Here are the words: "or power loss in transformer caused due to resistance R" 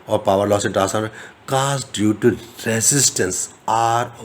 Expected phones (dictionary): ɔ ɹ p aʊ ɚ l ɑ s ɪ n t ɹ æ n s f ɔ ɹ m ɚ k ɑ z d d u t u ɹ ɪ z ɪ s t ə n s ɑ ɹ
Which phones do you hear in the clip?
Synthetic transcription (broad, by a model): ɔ ɹ p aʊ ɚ l ɑ s ɪ n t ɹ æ s ɑ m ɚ k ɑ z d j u t u ɹ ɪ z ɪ s t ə n s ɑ ɹ